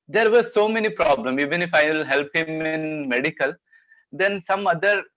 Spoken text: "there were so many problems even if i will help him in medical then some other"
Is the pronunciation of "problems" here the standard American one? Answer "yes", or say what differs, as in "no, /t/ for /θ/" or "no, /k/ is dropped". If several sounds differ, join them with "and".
no, /z/ is dropped